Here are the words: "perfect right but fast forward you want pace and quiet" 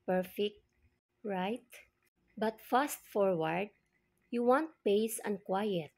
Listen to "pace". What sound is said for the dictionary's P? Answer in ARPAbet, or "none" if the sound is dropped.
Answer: P